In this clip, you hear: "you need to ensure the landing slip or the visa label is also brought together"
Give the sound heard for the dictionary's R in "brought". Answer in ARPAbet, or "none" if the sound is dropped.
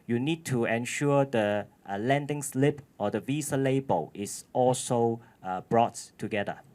R